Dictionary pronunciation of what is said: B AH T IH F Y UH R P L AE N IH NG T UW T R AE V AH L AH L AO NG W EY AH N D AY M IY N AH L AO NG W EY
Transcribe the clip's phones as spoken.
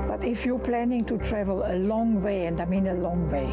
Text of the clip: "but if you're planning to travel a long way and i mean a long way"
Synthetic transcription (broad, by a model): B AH T IH F Y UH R P L AE N IH NG T UW T R AE V AH L AH L AO NG W EY AH N D AY M IY N AH L AO NG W EY